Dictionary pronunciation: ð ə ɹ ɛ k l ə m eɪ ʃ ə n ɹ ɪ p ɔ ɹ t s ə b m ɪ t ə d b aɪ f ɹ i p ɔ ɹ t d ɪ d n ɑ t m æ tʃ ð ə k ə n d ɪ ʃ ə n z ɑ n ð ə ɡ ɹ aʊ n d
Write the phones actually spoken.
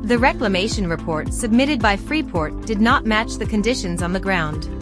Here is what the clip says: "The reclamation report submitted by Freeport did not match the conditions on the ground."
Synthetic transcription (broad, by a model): ð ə ɹ ɛ k l ə m eɪ ʃ ə n ɹ ɪ p ɔ ɹ t s ə b m ɪ t ə d b aɪ f ɹ i p ɔ ɹ t d ɪ d n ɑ t m æ tʃ ð ə k ə n d ɪ ʃ ə n z n ð ə ɡ ɹ aʊ n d